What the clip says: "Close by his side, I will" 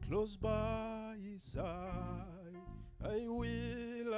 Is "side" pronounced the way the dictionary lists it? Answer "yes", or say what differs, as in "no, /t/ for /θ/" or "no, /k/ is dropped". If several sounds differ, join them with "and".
no, /d/ is dropped